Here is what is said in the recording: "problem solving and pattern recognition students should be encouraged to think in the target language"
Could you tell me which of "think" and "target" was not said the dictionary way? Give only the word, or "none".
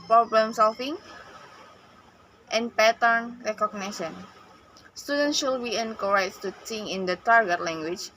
think